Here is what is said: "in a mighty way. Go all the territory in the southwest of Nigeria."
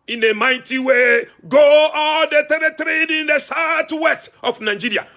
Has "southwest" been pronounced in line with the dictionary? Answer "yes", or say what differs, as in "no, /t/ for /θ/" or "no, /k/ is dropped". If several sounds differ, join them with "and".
no, /t/ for /θ/